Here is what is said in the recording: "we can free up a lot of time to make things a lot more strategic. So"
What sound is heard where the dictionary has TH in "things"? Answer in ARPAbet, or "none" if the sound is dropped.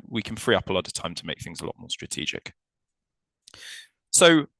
TH